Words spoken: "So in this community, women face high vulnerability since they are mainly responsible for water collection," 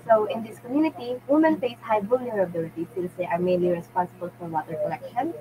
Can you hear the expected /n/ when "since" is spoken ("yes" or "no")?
no